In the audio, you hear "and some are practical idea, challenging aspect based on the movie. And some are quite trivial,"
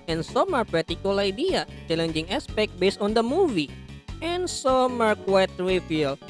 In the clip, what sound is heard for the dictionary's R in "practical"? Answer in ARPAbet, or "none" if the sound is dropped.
none